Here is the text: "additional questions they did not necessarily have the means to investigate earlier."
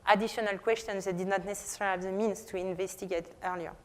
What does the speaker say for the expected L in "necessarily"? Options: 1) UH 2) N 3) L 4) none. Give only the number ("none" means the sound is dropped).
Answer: 4